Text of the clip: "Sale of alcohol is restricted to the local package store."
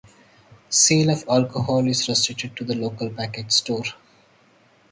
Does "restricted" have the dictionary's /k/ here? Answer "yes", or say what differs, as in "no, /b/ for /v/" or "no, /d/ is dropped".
no, /k/ is dropped